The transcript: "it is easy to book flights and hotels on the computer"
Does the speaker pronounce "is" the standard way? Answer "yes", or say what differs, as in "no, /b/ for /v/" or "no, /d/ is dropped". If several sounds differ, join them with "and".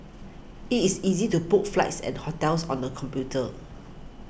no, /s/ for /z/